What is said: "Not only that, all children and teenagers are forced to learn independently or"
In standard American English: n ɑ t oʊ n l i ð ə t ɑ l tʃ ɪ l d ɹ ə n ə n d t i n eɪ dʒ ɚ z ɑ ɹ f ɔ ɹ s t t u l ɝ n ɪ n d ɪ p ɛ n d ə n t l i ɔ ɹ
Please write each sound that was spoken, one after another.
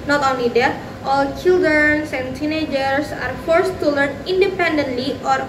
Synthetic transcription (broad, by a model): n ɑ t oʊ n l i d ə t ɑ l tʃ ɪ l d ɹ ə n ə n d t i n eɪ dʒ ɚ s ɑ ɹ f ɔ ɹ s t t u l ɝ n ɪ n d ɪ p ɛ n d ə n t l i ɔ ɹ